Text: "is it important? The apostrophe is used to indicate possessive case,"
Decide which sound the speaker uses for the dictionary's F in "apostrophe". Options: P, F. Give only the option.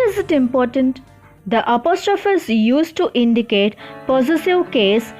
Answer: F